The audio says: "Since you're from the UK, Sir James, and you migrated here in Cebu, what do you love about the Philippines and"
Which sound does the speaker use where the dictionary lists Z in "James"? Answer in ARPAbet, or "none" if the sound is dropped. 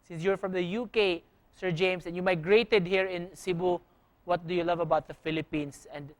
S